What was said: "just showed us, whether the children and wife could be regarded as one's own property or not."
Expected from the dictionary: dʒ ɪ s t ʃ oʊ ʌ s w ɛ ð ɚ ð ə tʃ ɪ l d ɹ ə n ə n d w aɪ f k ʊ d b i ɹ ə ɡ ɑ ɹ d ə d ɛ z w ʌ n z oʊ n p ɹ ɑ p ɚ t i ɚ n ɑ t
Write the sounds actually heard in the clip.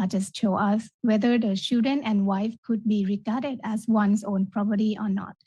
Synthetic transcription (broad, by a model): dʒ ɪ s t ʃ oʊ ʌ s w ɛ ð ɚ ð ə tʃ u d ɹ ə n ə n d w aɪ f k ʊ d b i ɹ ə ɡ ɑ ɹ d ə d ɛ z w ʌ n s oʊ n p ɹ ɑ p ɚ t i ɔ n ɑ t